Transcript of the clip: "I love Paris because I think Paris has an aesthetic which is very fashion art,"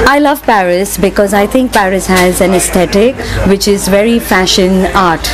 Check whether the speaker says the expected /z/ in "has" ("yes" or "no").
yes